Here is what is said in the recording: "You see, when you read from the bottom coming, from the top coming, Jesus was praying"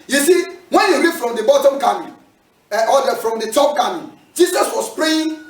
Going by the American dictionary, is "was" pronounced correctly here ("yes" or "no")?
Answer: no